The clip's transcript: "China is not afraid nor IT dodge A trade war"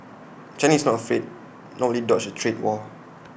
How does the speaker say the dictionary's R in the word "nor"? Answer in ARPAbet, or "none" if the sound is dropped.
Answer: L